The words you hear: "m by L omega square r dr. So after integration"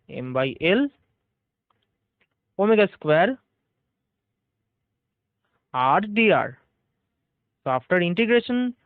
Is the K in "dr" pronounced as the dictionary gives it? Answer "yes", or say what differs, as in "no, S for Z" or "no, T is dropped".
no, K is dropped